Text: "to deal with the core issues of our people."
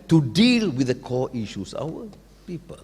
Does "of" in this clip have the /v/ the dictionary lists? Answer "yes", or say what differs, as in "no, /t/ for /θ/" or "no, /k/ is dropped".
no, /w/ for /v/